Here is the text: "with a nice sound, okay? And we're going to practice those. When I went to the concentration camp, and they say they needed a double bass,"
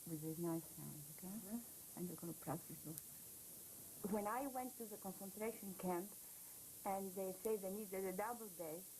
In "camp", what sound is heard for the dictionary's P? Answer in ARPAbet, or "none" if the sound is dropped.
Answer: P